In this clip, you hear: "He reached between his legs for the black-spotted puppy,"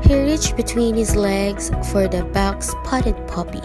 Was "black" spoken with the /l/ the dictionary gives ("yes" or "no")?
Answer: no